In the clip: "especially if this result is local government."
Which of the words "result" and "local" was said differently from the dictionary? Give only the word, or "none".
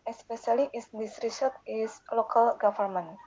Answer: result